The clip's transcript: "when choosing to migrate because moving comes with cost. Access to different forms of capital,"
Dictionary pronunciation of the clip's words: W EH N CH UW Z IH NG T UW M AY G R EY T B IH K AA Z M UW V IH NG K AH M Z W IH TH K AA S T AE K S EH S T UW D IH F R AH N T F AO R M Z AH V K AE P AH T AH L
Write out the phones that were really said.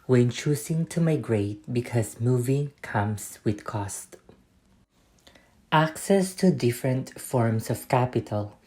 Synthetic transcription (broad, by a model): W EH N CH UW S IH NG T UW M AY G R EY T B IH K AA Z M UW V IH NG K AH M S W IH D K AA S T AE K S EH S T UW D IH F R AH N T F AO R M S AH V K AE P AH T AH L